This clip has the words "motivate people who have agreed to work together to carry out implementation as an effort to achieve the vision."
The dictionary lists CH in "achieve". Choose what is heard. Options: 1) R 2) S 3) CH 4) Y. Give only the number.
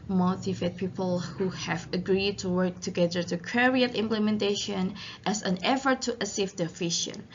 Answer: 2